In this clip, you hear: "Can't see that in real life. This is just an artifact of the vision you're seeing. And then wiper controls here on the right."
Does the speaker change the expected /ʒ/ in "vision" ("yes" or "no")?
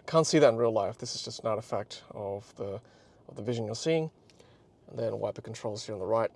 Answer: no